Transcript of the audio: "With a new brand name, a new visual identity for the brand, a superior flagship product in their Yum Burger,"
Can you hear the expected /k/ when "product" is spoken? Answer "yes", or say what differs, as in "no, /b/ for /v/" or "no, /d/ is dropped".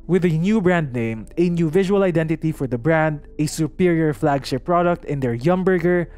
yes